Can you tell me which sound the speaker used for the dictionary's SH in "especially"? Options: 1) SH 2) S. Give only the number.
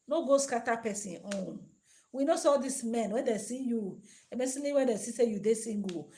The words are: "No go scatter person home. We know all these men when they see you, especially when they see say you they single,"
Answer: 2